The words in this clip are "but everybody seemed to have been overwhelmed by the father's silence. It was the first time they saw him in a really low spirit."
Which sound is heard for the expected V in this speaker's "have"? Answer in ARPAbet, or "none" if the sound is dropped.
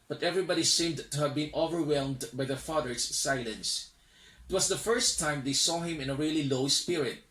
V